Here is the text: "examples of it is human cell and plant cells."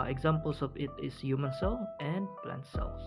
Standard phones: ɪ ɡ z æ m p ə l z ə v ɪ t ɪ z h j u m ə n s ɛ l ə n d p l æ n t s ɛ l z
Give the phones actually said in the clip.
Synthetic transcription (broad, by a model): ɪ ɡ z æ m p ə l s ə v ɪ t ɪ s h j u m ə n s ɛ l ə n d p l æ n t s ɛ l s